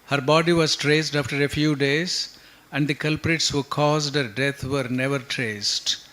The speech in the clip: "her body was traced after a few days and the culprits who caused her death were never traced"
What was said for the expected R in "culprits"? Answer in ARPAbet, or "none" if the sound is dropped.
R